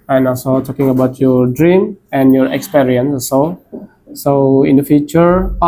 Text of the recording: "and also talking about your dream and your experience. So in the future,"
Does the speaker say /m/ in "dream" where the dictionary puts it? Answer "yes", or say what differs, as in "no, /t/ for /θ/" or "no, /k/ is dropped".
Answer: yes